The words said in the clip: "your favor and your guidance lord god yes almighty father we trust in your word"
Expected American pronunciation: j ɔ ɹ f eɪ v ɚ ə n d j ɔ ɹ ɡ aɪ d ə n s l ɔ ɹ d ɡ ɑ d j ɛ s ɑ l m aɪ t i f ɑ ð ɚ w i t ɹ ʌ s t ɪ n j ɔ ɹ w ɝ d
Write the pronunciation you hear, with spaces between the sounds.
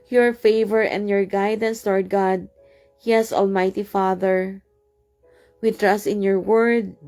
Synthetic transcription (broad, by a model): j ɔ ɹ f eɪ v ɚ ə n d j ɔ ɹ ɡ aɪ d ə n s l ɔ ɹ d ɡ ɑ d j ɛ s ɑ l m aɪ t i f ɑ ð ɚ w i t ɹ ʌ s t ɪ n j ɔ ɹ w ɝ d